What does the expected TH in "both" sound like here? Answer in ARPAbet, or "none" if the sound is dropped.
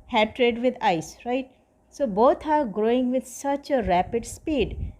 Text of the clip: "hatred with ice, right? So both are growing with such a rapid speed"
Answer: T